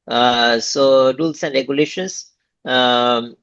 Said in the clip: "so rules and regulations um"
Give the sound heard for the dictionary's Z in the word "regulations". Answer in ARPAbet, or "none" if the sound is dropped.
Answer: S